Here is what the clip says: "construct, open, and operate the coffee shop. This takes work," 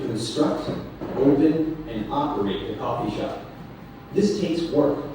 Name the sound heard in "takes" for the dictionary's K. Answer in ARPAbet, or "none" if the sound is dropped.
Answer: none